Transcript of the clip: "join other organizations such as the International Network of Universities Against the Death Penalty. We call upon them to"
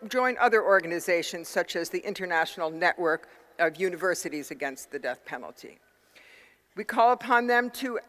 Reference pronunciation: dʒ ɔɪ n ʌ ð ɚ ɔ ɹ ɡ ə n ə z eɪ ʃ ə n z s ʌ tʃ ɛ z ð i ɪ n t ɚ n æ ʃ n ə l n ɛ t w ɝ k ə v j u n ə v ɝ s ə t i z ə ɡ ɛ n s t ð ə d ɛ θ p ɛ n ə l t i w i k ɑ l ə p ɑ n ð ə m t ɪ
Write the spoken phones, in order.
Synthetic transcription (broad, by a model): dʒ ɔɪ n ʌ ð ɚ ɔ ɹ ɡ ə n ə z eɪ ʃ ə n z s ʌ tʃ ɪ z ð i ɪ n t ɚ n æ ʃ n l n ɛ t w ɝ k ə v j u n ə v ɝ s ə t i z ə ɡ ɛ n s t ð ə d ɛ θ p ɛ n l t i w i k ɑ l ə p ɑ n ð ə m t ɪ